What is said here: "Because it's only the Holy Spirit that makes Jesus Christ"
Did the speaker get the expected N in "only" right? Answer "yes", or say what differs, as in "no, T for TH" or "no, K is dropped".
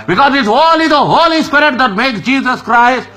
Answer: no, N is dropped